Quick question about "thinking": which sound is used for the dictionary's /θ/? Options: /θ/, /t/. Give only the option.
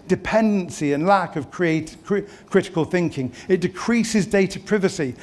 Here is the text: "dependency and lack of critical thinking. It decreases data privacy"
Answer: /θ/